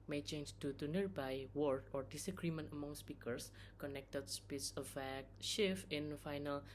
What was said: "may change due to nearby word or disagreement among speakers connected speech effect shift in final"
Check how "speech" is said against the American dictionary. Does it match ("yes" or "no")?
no